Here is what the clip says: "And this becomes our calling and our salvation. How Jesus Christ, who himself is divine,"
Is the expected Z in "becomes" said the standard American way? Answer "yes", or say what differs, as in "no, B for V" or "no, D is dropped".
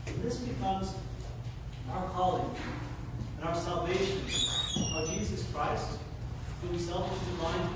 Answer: yes